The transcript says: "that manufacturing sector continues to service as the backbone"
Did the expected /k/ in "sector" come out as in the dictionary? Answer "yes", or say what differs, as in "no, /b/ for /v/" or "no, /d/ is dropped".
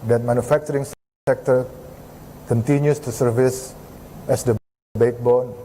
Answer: yes